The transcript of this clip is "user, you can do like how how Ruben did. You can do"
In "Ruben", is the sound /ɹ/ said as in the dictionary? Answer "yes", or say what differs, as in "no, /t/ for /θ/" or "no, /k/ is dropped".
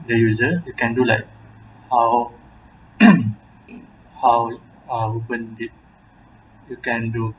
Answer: no, /w/ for /ɹ/